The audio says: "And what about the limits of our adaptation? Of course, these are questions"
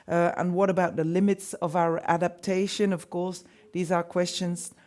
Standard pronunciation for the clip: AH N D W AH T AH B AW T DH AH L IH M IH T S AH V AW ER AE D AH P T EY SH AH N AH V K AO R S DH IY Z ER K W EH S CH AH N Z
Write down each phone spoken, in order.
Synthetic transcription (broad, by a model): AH N W AH T AH B AW T DH AH L IH M IH T S AH V AW ER AE D AH P T EY SH AH N AH V K AO R S DH IY Z ER K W EH S CH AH N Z